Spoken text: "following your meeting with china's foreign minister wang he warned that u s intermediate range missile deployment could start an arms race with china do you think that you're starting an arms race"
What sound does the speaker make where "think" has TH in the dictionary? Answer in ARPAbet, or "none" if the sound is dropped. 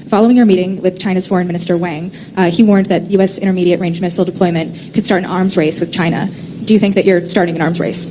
TH